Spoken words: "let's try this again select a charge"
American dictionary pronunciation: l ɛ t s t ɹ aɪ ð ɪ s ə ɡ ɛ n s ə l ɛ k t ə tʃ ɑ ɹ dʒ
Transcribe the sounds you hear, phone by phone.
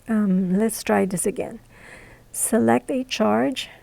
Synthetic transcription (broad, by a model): l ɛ t s t ɹ aɪ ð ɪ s ə ɡ ɛ n s ə l ɛ k t ə tʃ ɑ ɹ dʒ